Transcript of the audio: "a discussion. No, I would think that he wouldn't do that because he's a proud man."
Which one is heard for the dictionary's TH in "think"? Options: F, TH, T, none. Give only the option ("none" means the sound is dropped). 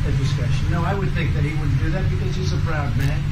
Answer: TH